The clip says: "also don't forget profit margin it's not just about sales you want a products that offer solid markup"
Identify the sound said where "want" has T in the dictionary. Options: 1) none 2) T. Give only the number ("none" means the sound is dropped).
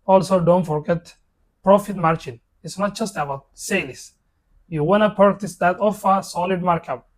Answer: 1